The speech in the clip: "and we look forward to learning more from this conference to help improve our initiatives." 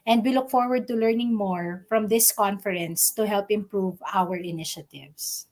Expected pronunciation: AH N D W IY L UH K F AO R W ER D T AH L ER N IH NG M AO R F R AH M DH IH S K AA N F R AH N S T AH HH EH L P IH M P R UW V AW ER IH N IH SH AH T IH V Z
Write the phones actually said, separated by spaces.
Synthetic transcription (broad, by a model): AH N D W IY L UH K F AO R W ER D T AH L ER N IH NG M AO R F R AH M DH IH S K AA N F R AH N S T AH HH EH L P IH M P R UW V AW ER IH N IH SH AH T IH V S